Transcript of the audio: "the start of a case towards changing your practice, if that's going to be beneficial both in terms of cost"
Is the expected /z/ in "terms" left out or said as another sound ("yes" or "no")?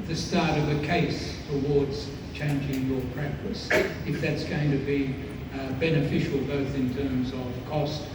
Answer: no